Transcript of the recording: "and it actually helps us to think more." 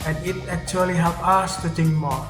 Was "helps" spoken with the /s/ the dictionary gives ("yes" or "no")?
no